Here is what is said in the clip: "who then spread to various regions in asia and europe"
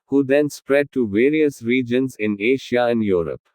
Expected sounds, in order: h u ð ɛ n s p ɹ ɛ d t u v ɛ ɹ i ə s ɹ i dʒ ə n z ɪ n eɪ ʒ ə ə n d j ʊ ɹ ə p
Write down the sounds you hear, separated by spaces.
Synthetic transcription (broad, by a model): h u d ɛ n s p ɹ ɛ d t u v ɛ ɹ i ə s ɹ i dʒ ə n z ɪ n eɪ ʃ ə ə n d j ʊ ɹ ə p